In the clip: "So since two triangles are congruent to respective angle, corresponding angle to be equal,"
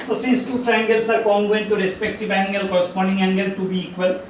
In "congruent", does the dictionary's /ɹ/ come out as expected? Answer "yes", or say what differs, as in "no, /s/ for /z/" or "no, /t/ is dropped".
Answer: no, /ɹ/ is dropped